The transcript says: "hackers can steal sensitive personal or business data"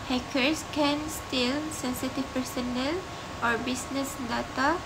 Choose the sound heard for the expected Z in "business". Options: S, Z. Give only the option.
S